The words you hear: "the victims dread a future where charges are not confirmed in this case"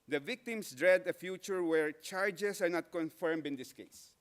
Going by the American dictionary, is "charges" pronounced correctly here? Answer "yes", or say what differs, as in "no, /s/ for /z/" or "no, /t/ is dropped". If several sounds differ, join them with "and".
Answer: no, /s/ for /z/